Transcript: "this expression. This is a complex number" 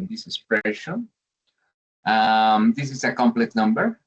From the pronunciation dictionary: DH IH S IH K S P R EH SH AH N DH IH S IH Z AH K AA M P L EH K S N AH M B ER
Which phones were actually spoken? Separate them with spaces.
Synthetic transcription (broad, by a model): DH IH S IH S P R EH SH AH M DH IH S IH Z AH K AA M P L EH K N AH M B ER